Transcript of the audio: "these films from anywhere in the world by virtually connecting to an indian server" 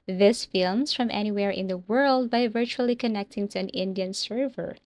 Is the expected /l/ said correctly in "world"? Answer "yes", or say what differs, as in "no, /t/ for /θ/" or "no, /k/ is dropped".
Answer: yes